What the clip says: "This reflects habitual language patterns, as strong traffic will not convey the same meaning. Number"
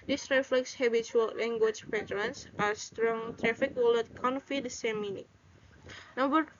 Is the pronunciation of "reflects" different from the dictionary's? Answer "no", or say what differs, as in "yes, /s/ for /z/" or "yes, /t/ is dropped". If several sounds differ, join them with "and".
no